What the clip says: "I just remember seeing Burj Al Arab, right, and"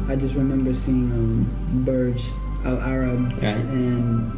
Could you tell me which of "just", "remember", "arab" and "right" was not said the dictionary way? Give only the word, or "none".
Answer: right